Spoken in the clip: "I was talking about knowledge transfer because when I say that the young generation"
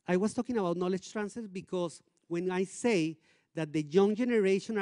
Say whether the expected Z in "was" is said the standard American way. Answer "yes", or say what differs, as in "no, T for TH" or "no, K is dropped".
no, S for Z